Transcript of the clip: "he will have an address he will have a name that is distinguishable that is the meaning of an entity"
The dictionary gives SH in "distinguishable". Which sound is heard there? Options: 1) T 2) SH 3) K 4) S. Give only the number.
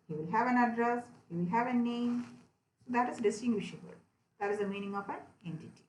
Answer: 2